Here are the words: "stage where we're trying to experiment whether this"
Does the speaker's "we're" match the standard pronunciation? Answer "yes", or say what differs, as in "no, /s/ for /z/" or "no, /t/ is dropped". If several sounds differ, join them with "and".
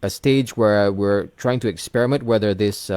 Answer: yes